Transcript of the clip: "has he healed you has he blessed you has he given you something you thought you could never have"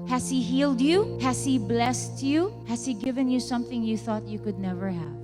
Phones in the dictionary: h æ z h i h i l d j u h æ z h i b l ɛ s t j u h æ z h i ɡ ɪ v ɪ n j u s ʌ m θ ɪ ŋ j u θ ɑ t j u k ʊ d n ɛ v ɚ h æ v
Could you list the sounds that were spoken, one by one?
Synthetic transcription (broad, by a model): h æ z h i h i l d j u h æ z h i b l ɛ s t j u h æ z h i ɡ ɪ v ɪ n j u s ʌ m θ ɪ ŋ j u θ ɑ t j u k ʊ d n ɛ v ɚ h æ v